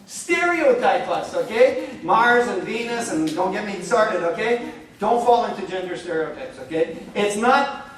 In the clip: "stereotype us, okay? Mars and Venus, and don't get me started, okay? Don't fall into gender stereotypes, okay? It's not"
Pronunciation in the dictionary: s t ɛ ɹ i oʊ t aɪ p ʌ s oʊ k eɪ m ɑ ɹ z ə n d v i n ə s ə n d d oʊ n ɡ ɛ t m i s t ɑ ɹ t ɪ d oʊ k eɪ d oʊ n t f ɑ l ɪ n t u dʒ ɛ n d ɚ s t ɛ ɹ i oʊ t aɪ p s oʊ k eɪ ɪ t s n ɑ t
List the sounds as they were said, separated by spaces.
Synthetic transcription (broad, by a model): s t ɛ ɹ i oʊ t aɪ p ʌ s oʊ k eɪ m ɑ ɹ z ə n v i n ə s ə n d d oʊ n ɡ ɛ t m i s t ɑ ɹ t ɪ d oʊ k eɪ d oʊ n t f ɑ l ɪ n t u dʒ ɛ n d ɚ s t ɛ ɹ i oʊ t aɪ p s oʊ k eɪ ɪ t s n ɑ t